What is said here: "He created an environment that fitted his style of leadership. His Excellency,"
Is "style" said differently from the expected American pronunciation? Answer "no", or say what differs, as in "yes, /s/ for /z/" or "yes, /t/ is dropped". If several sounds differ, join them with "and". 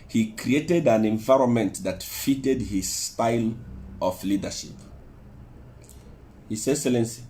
no